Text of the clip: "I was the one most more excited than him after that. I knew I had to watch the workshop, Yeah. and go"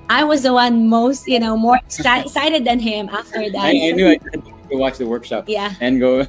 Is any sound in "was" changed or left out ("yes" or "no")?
no